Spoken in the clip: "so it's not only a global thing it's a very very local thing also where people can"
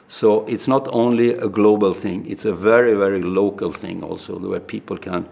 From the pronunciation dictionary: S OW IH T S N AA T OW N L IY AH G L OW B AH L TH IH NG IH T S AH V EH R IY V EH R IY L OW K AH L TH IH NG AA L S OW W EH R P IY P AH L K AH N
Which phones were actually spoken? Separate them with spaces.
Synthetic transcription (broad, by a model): S OW IH T S N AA T OW N L IY AH G L OW B AH L TH IH NG IH T S AH V EH R IY V EH R IY L OW K AH L TH IH NG AA L S OW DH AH W P IY P AH L K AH N